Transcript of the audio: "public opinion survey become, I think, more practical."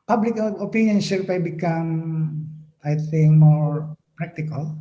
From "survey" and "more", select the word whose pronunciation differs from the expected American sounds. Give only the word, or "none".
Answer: survey